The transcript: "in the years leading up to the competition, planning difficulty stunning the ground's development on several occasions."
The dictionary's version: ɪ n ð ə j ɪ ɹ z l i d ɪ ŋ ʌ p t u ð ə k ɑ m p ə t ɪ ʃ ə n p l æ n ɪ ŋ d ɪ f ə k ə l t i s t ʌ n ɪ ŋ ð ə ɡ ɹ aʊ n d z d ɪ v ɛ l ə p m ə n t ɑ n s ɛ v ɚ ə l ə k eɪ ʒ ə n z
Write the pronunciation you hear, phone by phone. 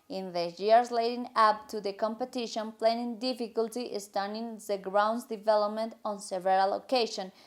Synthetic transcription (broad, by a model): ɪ n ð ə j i ɹ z l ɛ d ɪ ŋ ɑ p t u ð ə k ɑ m p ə t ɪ ʃ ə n p l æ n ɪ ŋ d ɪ f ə k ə l t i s t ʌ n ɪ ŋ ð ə ɡ ɹ aʊ n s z d ɪ v ɛ l ə p m ə n t ɑ n s ɛ v ɚ ə l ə k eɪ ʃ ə n